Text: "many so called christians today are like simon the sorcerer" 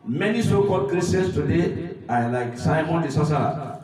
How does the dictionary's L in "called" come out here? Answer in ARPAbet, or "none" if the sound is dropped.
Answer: none